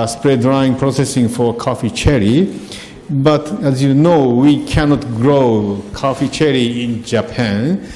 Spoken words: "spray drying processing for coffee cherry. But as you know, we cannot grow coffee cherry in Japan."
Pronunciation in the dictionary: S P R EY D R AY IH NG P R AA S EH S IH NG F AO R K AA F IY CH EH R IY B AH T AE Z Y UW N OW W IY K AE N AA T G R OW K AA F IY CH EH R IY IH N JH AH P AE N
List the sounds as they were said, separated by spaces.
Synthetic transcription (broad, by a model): S P R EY D R AY IH NG P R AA S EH S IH NG F AO R K AA F IY CH EH R IY B AH T AE Z Y UW N OW W IY K AE N AA T G R OW K AA F IY CH EH R IY IH N JH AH P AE N